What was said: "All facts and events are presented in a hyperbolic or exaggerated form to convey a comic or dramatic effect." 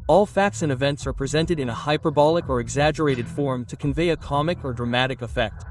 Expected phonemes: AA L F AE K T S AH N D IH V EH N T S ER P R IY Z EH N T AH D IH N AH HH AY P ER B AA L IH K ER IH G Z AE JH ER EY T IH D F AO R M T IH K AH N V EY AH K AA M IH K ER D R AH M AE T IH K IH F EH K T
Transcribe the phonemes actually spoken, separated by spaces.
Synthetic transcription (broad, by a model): AA L F AE K T S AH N IH V EH N T S ER P R IY Z EH N T AH D IH N AH HH AY P ER B AA L IH K ER IH G Z AE JH ER EY T IH D F AO R M T IH K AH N V EY AH K AA M IH K ER D R AH M AE T IH K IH F EH K T